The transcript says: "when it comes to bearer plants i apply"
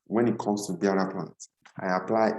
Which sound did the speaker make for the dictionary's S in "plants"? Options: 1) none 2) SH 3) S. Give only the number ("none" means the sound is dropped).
1